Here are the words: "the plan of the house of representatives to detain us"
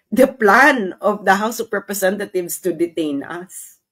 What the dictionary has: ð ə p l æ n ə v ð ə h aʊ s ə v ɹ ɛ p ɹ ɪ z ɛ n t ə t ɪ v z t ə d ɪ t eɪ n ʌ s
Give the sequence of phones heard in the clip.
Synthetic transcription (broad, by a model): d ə p l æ n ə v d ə h aʊ s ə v ɹ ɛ p ɹ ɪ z ɛ n t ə t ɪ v s t ə d ɪ t eɪ n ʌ s